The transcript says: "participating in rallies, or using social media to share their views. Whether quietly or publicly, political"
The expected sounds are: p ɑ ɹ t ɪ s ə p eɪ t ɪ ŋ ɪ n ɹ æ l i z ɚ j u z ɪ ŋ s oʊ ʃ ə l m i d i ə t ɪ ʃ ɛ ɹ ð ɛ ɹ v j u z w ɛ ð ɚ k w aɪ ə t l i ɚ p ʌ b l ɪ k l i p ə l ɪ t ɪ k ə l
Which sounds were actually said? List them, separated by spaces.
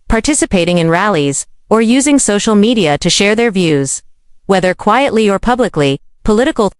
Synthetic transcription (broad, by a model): p ɑ ɹ t ɪ s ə p eɪ t ɪ ŋ ɪ n ɹ æ l i z ɚ j u z ɪ ŋ s oʊ ʃ l m i d i ə t ɪ ʃ ɛ ɹ ð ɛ ɹ v j u z w ɛ ð ɚ k w aɪ ə t l i ɚ p ʌ b l ɪ k l i p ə l ɪ t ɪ k l